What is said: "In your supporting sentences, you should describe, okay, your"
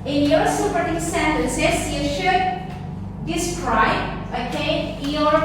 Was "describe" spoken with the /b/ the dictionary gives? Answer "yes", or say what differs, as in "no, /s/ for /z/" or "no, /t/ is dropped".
no, /b/ is dropped